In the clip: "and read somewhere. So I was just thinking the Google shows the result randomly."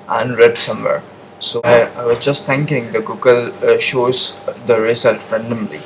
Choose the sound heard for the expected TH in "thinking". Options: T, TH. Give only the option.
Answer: T